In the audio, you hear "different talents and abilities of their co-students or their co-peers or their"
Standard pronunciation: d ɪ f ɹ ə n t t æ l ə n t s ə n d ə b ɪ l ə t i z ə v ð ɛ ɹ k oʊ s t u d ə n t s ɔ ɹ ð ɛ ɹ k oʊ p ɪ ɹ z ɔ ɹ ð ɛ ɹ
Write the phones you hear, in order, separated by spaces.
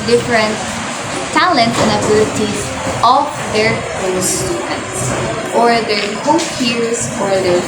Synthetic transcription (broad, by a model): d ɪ f ɹ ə n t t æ l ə n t ə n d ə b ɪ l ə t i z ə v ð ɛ ɹ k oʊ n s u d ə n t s ɔ ɹ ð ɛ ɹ k oʊ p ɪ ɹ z ɔ ɹ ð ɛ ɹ